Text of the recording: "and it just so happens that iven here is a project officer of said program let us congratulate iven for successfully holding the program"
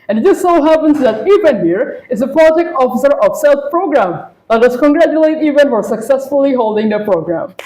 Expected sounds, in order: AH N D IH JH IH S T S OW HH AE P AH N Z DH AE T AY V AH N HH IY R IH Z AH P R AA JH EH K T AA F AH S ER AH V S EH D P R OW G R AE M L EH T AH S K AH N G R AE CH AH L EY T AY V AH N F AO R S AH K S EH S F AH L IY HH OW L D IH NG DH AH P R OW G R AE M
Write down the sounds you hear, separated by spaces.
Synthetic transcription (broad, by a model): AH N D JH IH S S OW HH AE P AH N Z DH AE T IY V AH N HH IY R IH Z AH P L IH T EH K AA F AH S ER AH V S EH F P R OW G R AE M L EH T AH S K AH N G R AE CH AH L EY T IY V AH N F AO R S AH K S EH S F AH L IY HH OW L D IH NG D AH P R OW G R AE M